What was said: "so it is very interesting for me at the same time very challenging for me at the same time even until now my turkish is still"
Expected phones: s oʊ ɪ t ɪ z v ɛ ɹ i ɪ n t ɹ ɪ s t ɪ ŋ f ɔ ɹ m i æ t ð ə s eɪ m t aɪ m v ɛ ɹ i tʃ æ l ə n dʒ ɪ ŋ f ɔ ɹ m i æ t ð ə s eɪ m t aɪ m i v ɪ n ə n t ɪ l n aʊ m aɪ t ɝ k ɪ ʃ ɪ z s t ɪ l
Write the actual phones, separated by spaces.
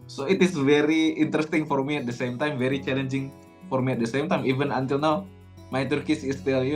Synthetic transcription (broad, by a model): s oʊ ɪ t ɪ s v ɛ ɹ i ɪ n t ɹ ɪ s t ɪ ŋ f ɔ ɹ m i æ t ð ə s eɪ m t aɪ m v ɛ ɹ i tʃ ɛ l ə n dʒ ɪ ŋ f ɔ ɹ m i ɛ t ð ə s eɪ m t aɪ m i v ɪ n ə n t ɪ l n aʊ m aɪ t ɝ k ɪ s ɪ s t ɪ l